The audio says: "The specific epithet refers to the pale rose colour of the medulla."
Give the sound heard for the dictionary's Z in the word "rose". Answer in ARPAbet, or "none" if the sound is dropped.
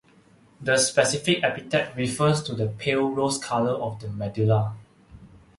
S